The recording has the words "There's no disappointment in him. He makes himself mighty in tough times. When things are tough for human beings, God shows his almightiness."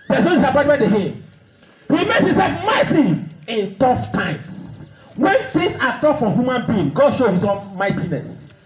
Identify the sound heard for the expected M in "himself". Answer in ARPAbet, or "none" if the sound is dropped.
none